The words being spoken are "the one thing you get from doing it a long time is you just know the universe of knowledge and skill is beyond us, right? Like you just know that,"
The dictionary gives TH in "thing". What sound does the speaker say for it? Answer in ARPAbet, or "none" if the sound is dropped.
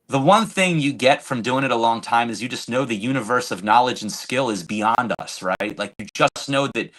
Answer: TH